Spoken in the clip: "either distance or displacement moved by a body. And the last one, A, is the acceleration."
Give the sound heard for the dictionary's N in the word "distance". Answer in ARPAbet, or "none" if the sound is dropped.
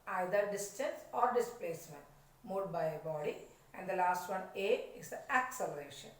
N